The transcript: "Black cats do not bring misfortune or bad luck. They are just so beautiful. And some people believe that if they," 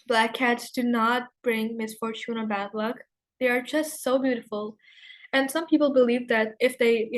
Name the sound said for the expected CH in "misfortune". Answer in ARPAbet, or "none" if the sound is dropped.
CH